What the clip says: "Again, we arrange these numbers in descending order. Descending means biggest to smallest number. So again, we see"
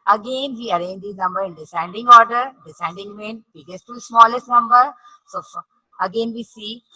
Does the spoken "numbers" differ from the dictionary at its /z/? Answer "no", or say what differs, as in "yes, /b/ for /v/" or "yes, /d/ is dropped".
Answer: yes, /z/ is dropped